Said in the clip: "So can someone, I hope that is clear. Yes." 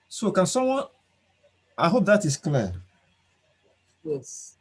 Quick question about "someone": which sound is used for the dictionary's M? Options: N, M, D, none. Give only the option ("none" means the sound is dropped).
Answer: none